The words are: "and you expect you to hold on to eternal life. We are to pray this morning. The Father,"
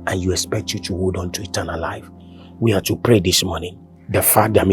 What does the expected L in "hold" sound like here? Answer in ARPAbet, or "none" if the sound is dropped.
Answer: none